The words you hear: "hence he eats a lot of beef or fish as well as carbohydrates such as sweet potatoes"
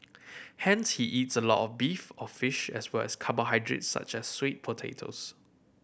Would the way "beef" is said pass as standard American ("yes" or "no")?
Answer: yes